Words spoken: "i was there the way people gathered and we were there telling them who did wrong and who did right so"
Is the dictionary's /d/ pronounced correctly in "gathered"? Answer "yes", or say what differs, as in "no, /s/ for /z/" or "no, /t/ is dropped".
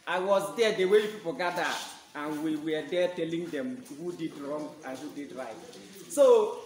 no, /d/ is dropped